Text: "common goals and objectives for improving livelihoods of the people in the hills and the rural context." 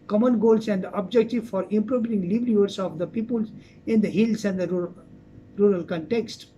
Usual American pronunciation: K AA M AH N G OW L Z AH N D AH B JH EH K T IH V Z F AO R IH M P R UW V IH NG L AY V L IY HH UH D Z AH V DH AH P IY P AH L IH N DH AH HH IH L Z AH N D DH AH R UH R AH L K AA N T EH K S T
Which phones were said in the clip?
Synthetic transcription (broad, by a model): K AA M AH N G OW L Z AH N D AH B JH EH K T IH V F AO R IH M P R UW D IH NG L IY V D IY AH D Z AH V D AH P IY P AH L IH N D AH HH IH L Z AH N D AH R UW R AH L K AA N T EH K S T